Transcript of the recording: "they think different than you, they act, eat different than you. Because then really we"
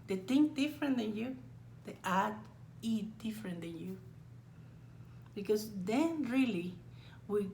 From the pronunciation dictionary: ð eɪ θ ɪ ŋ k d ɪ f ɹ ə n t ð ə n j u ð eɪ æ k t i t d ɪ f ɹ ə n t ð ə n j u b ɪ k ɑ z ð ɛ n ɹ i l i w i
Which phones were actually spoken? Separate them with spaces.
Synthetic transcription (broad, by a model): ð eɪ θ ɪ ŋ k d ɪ f ɹ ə n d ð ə n j u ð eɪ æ t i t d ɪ f ɹ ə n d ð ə n j u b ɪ k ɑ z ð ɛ n ɹ i l i w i